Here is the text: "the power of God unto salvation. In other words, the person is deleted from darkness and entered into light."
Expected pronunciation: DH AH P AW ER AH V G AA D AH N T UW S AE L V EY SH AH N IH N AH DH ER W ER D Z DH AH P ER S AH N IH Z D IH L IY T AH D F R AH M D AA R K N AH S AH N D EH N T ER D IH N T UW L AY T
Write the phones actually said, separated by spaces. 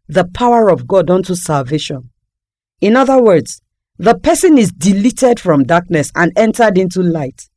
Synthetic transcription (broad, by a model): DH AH P AW ER AH V G AA D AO N T UW S AE L V EY SH AH N IH N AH DH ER W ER D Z DH AH P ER S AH N IH Z D IH L IY T AH D F R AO M D AA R K N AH S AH N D EH N T ER D IH N T UW L AY T